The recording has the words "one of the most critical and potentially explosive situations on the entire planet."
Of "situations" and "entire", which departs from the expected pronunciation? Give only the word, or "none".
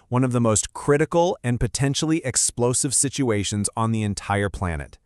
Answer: none